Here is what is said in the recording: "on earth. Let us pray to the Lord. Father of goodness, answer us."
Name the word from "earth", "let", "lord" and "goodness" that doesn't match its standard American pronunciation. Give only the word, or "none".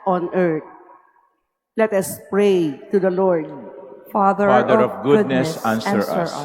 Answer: earth